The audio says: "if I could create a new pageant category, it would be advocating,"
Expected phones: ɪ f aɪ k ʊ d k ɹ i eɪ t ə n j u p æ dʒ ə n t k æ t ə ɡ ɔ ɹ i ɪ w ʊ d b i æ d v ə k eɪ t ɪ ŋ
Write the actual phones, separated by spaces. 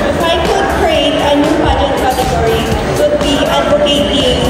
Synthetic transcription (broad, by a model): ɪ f aɪ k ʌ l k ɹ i eɪ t ə n j u b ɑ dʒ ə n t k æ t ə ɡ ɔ ɹ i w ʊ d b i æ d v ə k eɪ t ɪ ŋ